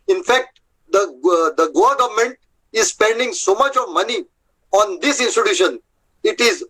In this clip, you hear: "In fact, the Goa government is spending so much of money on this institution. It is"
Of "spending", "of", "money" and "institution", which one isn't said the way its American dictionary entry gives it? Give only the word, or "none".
none